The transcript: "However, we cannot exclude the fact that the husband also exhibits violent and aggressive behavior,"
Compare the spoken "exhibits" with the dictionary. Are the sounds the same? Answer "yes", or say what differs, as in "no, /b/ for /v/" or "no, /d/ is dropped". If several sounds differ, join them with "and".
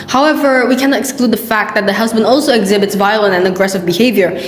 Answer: yes